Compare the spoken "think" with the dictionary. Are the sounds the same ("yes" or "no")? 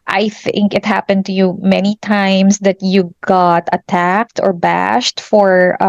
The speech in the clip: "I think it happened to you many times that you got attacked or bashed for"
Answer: yes